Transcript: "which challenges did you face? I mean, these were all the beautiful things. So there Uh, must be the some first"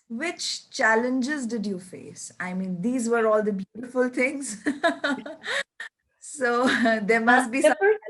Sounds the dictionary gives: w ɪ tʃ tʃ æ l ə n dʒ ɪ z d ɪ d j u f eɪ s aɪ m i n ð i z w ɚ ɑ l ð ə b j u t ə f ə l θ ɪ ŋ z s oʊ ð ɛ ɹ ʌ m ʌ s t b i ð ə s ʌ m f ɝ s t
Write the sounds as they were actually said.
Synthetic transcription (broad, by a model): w ɪ tʃ tʃ æ l ə n dʒ ɪ z d ɪ d j u f eɪ s aɪ m i n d i z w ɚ ɑ l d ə b j u t ə f ə l t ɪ ŋ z s oʊ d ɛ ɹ m ʌ s t b i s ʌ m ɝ